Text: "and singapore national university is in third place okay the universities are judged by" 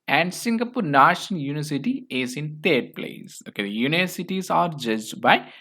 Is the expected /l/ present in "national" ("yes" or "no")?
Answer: no